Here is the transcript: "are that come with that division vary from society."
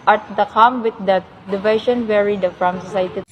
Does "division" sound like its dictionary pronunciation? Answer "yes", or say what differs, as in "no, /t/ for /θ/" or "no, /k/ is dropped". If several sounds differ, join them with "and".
no, /ʃ/ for /ʒ/